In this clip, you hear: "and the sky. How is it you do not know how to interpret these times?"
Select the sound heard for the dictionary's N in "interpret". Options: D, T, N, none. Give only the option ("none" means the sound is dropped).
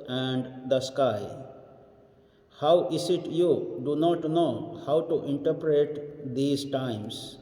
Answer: N